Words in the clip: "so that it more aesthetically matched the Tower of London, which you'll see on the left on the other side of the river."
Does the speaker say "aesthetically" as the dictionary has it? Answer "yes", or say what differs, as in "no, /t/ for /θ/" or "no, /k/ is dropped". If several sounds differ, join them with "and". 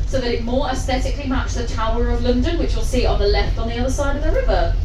yes